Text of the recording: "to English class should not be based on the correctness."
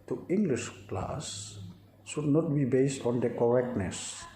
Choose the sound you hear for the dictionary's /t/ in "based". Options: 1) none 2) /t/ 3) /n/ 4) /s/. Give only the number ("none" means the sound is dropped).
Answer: 2